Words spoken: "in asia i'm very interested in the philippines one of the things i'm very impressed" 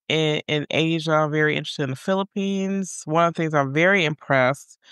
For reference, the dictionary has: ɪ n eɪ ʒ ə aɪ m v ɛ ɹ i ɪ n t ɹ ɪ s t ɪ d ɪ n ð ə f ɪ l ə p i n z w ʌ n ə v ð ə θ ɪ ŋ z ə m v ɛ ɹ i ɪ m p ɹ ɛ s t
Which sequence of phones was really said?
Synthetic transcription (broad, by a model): ɪ n eɪ ʒ ə aɪ m v ɛ ɹ i ɪ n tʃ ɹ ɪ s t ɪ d ɪ n ð ə f ɪ l ə p i n z w ʌ n ə v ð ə θ ɪ ŋ z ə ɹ v ɛ ɹ i ɪ m p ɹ ɛ s t